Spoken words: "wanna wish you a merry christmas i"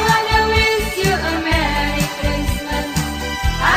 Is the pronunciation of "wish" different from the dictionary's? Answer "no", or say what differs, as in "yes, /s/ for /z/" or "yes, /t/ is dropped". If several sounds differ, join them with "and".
yes, /s/ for /ʃ/